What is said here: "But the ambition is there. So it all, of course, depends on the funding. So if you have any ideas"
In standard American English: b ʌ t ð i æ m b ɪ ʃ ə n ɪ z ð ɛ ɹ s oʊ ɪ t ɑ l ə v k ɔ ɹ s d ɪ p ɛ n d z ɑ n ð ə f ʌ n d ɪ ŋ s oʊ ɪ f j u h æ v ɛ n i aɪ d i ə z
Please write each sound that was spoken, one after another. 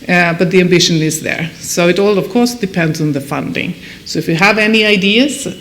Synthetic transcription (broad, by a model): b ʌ t ð i æ m b ɪ ʃ ə n ɪ z ð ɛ ɹ s oʊ ɪ t ɑ l ə v k ɔ ɹ s d ɪ p ɛ n d z n ð ə f ʌ n d ɪ ŋ s oʊ ɪ f j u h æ v ɛ n i aɪ d i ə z